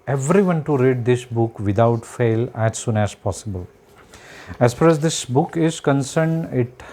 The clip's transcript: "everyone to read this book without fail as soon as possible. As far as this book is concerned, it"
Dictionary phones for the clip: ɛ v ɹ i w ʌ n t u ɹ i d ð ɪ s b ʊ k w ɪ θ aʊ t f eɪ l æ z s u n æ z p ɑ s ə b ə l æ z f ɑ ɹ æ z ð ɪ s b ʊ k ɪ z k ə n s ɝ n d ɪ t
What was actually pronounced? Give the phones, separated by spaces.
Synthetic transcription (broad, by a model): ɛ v ɹ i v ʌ n t u ɹ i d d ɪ s b ʊ k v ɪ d aʊ t f eɪ l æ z s u n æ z p ɑ s ə b ə l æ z f ɑ ɹ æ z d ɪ s b ʊ k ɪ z k ə n s ɝ n d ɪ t